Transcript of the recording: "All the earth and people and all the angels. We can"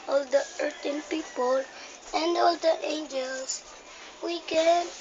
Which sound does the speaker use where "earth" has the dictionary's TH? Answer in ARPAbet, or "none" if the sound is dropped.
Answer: T